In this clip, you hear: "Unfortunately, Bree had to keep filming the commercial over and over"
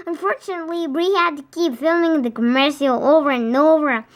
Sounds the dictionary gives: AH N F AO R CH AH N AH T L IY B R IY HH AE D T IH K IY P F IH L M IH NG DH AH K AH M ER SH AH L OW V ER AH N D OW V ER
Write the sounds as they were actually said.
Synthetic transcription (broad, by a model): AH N F AO R CH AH N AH T L IY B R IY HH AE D T IH K IY P F IH L M IH NG DH AH K AH M ER SH AH L OW V ER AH N OW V ER